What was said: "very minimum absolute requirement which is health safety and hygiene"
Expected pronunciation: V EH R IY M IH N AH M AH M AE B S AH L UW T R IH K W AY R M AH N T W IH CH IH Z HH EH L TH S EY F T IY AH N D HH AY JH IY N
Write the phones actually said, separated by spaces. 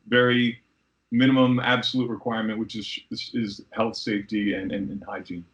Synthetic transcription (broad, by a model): V EH R IY M IH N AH M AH M AE B S AH L UW T R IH K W AY R M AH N T W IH CH IH Z HH EH L TH S EY F T IY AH N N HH AY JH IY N